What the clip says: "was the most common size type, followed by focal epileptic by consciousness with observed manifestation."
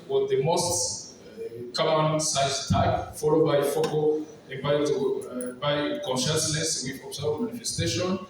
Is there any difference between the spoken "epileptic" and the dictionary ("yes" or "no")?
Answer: yes